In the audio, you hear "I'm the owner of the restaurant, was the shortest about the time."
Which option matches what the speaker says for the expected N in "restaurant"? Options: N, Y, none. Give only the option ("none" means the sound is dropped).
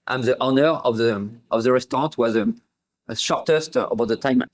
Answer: none